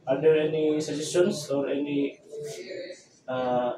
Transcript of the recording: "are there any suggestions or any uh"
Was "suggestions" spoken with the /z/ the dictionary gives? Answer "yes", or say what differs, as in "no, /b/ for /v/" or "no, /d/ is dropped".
no, /s/ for /z/